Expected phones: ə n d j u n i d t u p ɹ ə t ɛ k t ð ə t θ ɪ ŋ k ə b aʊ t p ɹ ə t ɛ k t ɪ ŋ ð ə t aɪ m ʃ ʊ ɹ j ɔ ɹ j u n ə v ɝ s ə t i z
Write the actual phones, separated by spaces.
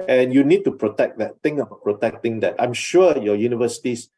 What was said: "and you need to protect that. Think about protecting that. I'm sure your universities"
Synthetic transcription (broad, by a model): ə n j u n i d t u p ɹ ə t ɛ k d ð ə t t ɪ ŋ ə b aʊ t p ɹ ə t ɛ k t ɪ ŋ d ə t aɪ m ʃ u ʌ j ɔ j u n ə v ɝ s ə t i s